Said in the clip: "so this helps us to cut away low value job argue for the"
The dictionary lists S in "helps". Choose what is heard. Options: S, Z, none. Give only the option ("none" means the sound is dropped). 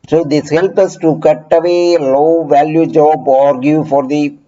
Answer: none